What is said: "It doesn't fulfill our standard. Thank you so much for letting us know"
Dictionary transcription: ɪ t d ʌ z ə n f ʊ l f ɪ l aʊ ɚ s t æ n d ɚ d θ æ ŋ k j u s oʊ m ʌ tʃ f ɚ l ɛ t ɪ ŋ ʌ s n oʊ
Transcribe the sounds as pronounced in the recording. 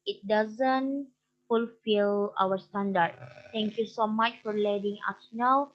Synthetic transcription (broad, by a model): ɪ t d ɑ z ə n f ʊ l f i l aʊ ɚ s t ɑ n d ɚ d t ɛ ŋ k j u s oʊ m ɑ tʃ f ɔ l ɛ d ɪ ŋ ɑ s n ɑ